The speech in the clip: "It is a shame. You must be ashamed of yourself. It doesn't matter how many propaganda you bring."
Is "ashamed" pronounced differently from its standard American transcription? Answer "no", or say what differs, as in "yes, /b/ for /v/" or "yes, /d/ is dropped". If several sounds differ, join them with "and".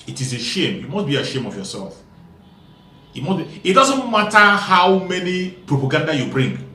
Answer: yes, /d/ is dropped